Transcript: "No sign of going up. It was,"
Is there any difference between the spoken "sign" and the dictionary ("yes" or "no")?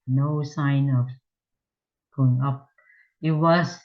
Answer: no